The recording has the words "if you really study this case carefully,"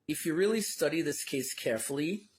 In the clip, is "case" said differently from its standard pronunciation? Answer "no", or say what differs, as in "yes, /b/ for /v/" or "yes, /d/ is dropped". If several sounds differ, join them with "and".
no